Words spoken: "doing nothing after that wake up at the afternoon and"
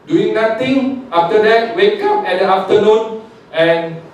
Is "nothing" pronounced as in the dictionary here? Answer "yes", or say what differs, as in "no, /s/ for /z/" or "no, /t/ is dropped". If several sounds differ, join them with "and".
no, /t/ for /θ/